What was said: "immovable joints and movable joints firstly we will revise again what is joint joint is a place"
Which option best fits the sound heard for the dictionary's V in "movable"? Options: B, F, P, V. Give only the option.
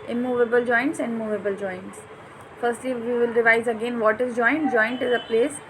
V